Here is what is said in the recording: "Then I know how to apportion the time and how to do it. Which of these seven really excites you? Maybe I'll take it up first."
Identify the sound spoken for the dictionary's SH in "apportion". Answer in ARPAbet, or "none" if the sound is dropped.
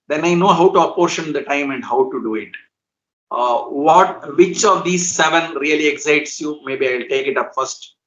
SH